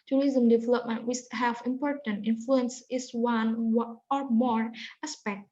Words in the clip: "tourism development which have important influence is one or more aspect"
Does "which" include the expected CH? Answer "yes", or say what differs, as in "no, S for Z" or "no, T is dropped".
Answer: no, S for CH